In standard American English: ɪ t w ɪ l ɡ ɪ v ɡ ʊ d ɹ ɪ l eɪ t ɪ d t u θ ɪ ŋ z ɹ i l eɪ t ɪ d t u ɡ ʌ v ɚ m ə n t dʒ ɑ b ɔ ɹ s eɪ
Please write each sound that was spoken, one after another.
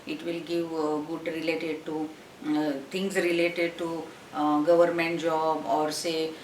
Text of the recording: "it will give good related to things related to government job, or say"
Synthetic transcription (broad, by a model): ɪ t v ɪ l ɡ ɪ v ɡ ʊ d ɹ ɪ l eɪ t ɪ d t u t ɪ ŋ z ɹ i l eɪ t ɪ d t u ɡ ʌ v ɚ m ə n t dʒ ɑ b ɔ ɹ s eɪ